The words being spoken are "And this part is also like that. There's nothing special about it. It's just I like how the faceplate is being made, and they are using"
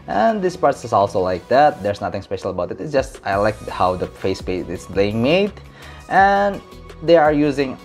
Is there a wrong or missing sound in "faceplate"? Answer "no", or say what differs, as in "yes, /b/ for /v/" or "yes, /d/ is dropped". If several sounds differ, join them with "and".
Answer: yes, /l/ is dropped